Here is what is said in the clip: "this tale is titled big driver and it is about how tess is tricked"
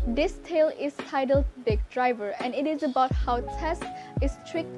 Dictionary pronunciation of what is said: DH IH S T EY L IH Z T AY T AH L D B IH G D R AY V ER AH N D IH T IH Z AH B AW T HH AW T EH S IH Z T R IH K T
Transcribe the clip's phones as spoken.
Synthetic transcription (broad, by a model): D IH S T EY L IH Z T AY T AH L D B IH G D R AY V ER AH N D IH T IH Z AH B AW T HH AW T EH S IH S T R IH K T